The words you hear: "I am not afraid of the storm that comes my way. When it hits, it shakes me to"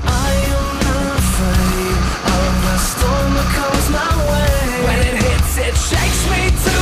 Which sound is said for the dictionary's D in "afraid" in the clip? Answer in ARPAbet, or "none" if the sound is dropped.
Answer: none